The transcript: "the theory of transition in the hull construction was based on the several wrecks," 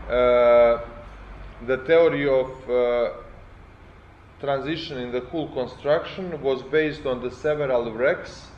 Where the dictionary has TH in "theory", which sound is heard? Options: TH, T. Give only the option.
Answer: T